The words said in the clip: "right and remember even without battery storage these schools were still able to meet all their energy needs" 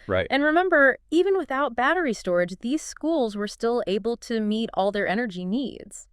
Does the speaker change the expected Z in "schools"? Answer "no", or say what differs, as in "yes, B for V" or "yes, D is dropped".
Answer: no